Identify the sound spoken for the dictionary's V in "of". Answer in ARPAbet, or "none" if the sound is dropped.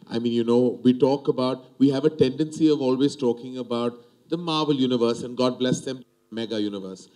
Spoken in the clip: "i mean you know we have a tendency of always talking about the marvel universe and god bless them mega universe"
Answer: V